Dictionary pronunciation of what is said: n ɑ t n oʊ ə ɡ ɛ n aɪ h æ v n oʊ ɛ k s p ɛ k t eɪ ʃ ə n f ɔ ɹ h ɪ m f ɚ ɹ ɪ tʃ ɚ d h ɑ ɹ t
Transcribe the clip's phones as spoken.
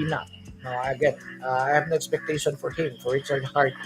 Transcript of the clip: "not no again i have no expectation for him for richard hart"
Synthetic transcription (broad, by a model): n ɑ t n oʊ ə ɡ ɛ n aɪ h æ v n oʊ ɛ k s p ɛ k t eɪ ʃ ə n f ɔ ɹ h ɪ m f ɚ ɹ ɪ s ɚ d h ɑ ɹ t